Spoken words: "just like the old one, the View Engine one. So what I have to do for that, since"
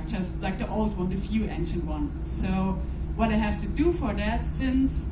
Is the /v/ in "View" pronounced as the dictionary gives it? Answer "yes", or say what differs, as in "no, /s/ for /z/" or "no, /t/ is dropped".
no, /f/ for /v/